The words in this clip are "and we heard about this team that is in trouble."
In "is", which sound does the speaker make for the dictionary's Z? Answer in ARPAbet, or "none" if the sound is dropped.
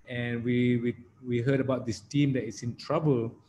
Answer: S